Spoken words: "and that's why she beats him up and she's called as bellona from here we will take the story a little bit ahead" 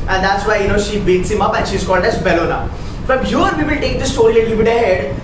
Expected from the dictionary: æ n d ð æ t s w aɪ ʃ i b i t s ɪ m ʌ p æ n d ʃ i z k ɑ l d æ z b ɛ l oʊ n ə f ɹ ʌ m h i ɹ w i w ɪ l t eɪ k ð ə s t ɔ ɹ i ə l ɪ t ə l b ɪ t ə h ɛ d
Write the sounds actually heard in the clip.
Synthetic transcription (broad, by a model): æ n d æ t s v aɪ ʃ i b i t s ɪ m ʌ p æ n ʃ i z k ɑ l d æ z b ɛ l oʊ n ə f ɹ ʌ m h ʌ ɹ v i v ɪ l t eɪ k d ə s t ɔ ɹ i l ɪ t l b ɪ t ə h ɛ d